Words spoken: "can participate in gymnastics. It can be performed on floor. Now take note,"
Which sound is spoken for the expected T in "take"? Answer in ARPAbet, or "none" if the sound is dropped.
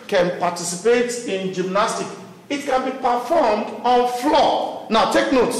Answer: T